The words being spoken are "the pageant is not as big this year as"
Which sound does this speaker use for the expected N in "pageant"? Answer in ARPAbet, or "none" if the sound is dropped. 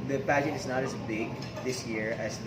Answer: none